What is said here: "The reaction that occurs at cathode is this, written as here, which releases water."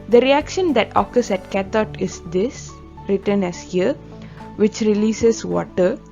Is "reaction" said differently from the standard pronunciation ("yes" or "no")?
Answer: no